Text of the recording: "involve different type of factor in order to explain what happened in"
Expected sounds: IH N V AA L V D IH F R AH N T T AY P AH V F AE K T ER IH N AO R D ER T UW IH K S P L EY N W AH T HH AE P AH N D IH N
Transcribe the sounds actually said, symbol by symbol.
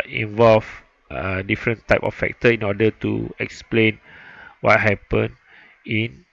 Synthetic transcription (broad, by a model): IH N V AA L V D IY F R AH N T T AY P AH F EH K T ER IH N AO D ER T UW IH K S P L EY N W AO T HH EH P AH N IH N